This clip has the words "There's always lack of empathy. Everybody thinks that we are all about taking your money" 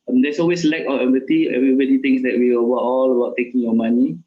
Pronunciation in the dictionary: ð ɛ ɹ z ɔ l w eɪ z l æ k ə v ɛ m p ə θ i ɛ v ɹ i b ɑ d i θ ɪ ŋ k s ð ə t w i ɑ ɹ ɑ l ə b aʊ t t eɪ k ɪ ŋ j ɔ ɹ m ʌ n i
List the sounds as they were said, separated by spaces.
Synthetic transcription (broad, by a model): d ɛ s ɔ l w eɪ s l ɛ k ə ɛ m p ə t i ɛ v ɹ i b ɑ d i t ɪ ŋ s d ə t w i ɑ w ɑ l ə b aʊ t t eɪ k ɪ ŋ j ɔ m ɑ n i